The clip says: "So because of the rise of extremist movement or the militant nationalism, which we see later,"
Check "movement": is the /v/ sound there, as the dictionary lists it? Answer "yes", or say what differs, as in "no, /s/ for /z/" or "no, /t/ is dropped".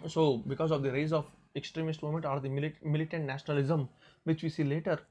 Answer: no, /v/ is dropped